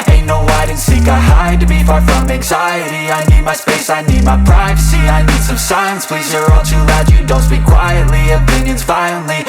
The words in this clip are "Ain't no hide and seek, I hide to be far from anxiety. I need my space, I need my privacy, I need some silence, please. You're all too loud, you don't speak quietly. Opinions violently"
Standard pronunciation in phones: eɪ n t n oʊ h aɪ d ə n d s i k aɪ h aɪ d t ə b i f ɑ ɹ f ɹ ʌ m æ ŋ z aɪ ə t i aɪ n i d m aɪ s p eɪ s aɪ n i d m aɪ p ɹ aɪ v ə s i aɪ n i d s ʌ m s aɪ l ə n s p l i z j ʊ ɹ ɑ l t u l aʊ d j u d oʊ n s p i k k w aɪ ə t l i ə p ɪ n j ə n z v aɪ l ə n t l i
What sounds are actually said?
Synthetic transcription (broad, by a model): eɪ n n oʊ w aɪ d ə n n s i k aɪ h aɪ d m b i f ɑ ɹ f ɹ ʌ m æ ŋ z aɪ ə t i aɪ n i d m aɪ s p eɪ s aɪ n i d m aɪ p ɹ aɪ v ə s i aɪ n i d s ʌ m s aɪ ə n s p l i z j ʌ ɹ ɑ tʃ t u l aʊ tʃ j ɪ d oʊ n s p i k k w aɪ ə t l i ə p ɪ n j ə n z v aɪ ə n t l i